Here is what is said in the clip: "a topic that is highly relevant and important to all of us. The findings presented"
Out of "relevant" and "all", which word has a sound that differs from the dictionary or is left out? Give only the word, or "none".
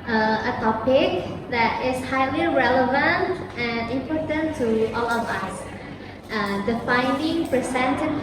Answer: none